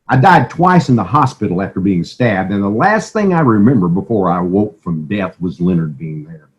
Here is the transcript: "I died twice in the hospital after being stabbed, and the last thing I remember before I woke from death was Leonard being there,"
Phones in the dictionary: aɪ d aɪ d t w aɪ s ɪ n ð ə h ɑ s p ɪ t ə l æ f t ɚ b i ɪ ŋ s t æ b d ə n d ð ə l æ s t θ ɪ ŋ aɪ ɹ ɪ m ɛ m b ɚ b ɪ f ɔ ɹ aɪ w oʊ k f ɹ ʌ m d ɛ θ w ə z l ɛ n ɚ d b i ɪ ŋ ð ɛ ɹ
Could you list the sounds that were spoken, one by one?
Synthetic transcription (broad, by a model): aɪ d aɪ d t w aɪ s ɪ n ð ə h ɑ s p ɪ t l æ f t ɚ b i ɪ ŋ s t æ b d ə n ð ə l æ s t θ ɪ ŋ aɪ ɹ ɪ m ɛ m b ɚ b ɪ f ɔ ɹ aɪ w oʊ k f ɹ ʌ m d ɛ θ w ə z l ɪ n ɚ d b i ɪ ŋ ð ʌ ɹ